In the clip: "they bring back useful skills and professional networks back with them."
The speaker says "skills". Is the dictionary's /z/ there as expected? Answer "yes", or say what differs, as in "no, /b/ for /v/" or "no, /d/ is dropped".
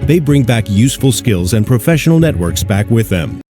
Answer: yes